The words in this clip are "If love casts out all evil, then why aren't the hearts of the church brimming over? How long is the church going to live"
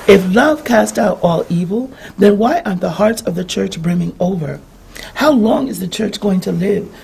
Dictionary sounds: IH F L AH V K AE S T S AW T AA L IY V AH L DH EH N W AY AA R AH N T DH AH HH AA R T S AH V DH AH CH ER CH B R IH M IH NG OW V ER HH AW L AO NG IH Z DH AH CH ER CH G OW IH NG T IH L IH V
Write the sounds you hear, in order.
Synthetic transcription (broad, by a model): IH F L AH V K AE S T AW T AA L IY V L DH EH N W AY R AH T DH AH HH AA R T S AH V DH AH CH ER CH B R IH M IH NG OW V ER HH AW L AO NG IH Z DH AH CH ER CH G OW IH NG T IH L IH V